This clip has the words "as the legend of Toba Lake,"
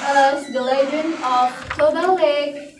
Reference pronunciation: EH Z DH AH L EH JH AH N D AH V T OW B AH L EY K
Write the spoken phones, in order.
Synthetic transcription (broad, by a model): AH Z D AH L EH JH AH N AH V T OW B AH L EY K